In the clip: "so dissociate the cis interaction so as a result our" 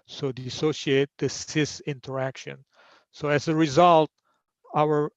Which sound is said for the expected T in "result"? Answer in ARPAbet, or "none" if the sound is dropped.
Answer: T